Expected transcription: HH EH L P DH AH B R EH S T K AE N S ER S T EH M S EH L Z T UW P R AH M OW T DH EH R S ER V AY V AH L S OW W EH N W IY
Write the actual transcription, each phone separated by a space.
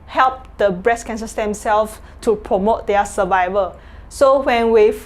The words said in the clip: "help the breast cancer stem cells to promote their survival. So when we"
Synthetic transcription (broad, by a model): HH EH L P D AH B R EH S K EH N S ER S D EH M S EH L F T UW P R AH M OW T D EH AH S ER V AY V AH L S OW W EH N W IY